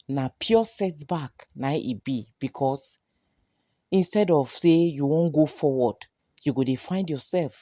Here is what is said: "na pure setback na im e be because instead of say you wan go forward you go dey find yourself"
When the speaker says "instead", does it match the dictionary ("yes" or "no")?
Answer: yes